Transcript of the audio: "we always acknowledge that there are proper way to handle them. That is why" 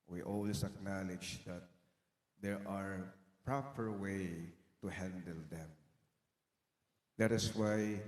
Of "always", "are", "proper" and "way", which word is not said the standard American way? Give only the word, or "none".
always